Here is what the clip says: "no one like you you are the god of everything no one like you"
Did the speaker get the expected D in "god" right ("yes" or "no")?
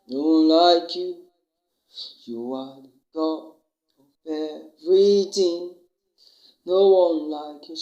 no